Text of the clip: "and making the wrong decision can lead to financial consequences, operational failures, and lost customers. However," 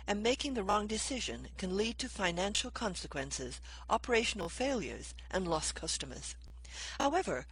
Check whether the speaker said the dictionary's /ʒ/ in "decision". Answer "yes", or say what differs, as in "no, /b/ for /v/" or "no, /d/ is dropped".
yes